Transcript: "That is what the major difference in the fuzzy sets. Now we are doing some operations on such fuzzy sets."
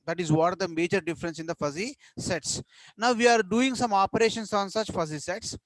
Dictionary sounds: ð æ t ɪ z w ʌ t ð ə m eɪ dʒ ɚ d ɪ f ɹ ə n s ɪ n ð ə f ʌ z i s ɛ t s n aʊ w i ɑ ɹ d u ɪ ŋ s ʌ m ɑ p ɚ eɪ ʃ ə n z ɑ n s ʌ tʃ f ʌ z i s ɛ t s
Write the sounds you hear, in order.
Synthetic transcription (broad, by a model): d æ t ɪ z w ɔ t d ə m eɪ dʒ ɚ d ɪ f ɹ ə n s ɪ n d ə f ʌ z i s ɛ t s n aʊ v i ɑ ɹ d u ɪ ŋ s ʌ m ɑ p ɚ eɪ ʃ ə n s ɑ n s ʌ tʃ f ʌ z i s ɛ t s